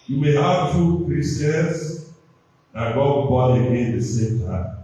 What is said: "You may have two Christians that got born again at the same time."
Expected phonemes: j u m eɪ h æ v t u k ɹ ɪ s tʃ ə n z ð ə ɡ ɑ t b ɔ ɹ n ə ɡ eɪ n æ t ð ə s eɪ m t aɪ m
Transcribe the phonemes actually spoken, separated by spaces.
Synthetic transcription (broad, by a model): j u m eɪ h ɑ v t u k ɹ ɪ s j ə n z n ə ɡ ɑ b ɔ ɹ ə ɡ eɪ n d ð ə s eɪ m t aɪ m